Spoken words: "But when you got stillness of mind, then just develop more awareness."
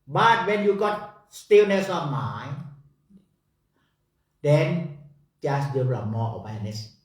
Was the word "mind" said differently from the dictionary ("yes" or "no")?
yes